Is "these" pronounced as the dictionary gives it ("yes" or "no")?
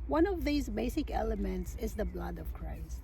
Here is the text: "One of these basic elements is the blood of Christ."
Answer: yes